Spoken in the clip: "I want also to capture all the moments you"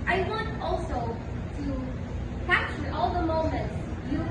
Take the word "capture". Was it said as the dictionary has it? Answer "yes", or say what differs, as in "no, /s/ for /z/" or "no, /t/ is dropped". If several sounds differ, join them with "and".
no, /p/ is dropped